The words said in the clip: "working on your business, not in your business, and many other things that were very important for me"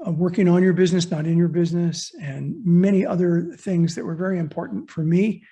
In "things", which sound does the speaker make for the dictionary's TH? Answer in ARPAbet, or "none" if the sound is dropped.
TH